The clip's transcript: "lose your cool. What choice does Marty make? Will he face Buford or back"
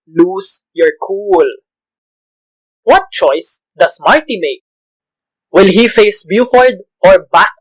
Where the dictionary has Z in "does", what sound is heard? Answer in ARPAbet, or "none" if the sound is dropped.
S